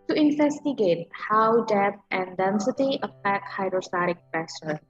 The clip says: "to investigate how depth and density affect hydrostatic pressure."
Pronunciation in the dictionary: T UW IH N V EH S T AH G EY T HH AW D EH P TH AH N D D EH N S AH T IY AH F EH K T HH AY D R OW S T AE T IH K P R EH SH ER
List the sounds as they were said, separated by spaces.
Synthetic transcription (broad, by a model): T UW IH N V EH S T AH G EY T HH AW D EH TH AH N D D EH N S AH T IY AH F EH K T HH AY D R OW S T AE T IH K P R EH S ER